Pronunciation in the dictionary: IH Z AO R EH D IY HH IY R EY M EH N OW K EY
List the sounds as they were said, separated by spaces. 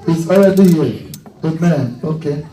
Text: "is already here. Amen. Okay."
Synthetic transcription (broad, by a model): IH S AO L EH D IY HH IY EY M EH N OW K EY